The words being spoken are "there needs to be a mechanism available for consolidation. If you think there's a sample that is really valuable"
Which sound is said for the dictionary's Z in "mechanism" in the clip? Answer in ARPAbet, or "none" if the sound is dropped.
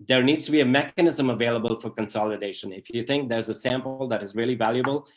Z